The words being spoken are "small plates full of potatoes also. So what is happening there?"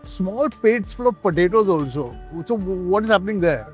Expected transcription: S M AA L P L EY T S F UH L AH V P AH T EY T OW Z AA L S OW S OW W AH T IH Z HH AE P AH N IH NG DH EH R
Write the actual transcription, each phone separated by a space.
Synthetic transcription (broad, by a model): S M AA L P EY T S F UH L AH V P AH T EY T OW Z AA L S OW S OW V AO T IH Z HH AE P AH N IH NG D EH R